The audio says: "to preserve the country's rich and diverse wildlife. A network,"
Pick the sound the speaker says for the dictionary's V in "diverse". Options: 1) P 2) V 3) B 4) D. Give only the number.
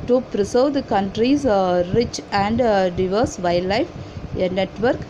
2